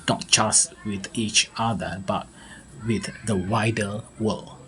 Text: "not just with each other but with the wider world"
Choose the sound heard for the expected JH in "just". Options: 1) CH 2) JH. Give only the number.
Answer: 1